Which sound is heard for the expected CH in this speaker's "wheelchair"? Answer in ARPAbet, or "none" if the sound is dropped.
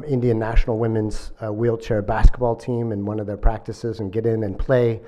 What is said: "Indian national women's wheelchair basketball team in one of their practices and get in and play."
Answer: CH